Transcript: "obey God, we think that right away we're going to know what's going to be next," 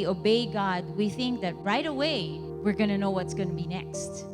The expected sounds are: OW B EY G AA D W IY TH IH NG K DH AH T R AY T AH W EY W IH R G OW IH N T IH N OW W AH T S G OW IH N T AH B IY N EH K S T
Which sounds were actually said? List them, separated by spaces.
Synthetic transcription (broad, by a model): OW B EY G AA D W IY TH IH NG K DH AH T R AY T AH W EY W IH R G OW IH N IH N OW W AH T S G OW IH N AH B IY N EH K S T